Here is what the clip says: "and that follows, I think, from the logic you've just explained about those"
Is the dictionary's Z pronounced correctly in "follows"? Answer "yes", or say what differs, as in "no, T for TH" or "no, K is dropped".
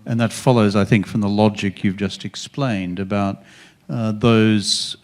yes